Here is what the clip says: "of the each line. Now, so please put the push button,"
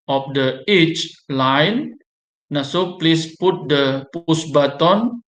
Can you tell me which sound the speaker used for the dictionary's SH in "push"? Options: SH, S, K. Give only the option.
S